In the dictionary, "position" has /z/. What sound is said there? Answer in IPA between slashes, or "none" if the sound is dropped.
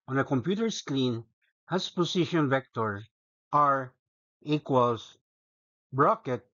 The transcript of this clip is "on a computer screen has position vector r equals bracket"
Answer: /s/